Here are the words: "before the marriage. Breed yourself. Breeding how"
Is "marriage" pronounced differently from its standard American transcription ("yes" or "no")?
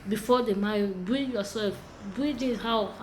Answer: yes